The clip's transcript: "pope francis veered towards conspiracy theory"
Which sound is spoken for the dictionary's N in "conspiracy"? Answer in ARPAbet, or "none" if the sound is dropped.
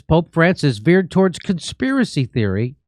N